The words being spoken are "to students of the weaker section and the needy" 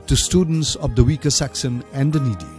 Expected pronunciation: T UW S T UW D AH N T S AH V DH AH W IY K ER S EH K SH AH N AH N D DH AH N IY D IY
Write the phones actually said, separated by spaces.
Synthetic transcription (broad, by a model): T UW S T UW D AH N T S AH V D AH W IY K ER S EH K S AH N AH N D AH N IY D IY